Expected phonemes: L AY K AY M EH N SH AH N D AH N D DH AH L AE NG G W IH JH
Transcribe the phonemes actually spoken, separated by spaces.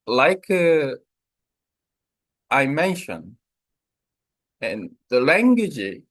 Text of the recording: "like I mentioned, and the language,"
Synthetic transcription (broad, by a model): L AY K AY M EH N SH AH N AH N DH AH L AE NG G W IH JH